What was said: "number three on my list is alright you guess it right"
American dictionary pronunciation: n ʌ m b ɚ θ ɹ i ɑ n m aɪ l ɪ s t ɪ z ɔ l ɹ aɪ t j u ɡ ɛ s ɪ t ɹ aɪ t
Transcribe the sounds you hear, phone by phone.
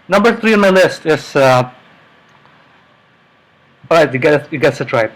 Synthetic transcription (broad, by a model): n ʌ m b ɚ θ ɹ i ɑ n m aɪ l ɪ s t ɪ s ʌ ɹ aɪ t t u ɡ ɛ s ɪ t ɹ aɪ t